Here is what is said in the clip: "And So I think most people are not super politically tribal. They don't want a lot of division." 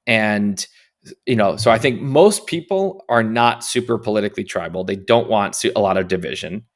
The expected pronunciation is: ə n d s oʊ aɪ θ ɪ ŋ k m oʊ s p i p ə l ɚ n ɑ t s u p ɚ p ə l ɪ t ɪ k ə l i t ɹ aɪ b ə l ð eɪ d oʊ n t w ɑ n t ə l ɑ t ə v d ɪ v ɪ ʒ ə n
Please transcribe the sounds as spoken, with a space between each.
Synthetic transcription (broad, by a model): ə n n s oʊ aɪ θ ɪ ŋ k m oʊ s p i p l ɚ n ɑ t s u p ɚ p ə l ɪ t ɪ k l i t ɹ aɪ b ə l ð eɪ d oʊ n t w ɑ n t ə l ɑ t ə v d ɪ v ɪ ʒ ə n